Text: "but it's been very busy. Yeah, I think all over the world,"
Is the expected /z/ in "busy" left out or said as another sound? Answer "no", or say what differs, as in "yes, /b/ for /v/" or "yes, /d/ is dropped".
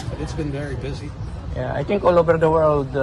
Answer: no